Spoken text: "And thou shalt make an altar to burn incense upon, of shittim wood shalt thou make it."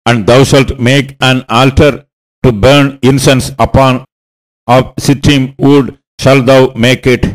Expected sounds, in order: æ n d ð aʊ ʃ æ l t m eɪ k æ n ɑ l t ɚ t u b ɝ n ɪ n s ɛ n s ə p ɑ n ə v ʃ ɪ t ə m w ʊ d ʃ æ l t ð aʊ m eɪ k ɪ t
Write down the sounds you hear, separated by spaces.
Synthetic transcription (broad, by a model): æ n d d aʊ ʃ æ l t m eɪ k æ n ɑ l t ɚ t u b ɝ n ɪ n s ɛ n s ə p ɑ n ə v s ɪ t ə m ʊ d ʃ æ l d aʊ m eɪ k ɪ t